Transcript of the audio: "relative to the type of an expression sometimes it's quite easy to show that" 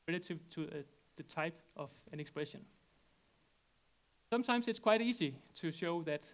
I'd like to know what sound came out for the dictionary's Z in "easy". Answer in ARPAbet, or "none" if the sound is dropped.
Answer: S